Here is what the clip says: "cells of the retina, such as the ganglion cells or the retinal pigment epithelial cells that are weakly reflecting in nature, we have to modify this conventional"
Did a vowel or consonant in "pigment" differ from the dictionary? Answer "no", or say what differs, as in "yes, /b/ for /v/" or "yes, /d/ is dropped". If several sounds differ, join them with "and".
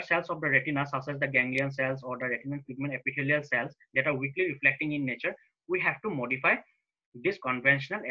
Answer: yes, /t/ is dropped